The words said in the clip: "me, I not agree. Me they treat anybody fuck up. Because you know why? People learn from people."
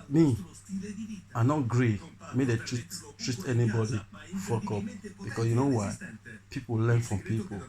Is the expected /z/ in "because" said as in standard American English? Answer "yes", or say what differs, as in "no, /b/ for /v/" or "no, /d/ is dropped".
no, /s/ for /z/